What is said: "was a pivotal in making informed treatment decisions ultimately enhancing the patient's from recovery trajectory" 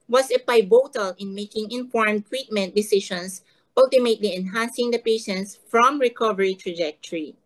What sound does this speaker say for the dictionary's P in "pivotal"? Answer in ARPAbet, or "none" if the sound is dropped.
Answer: B